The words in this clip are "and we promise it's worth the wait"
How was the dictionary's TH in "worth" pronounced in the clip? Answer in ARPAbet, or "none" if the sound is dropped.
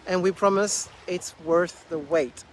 TH